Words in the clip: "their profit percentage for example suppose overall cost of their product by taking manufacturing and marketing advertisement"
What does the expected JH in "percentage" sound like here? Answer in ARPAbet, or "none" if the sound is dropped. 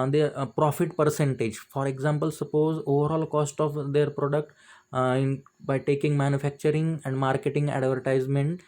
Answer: JH